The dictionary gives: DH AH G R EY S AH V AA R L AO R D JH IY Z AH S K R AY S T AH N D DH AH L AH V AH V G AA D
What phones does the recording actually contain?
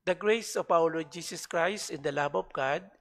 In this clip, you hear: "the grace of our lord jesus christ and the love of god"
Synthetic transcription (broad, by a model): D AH G R EY S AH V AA W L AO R JH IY S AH S K R AY S T AH N D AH L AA B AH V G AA D